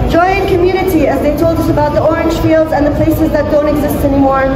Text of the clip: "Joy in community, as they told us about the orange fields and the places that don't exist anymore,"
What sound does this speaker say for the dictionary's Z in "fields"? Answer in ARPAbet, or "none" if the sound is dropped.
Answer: Z